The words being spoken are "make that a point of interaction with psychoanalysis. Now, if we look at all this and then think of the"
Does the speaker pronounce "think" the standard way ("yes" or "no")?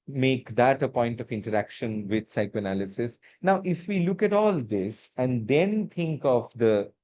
no